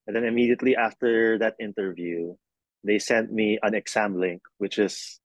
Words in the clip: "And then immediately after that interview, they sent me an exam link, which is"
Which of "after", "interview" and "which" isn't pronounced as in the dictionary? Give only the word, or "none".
none